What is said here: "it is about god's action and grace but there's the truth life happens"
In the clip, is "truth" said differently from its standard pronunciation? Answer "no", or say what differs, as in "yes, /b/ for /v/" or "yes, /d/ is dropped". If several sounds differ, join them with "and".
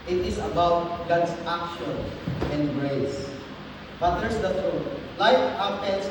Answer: yes, /t/ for /θ/